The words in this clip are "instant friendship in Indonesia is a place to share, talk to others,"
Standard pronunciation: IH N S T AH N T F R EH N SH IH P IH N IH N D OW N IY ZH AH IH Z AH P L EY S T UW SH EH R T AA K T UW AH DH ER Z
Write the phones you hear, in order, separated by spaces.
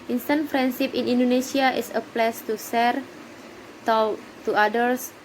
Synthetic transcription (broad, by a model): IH N S T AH N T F R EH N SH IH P IH N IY N D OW N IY S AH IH S AH P L EY S T UW S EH R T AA T UW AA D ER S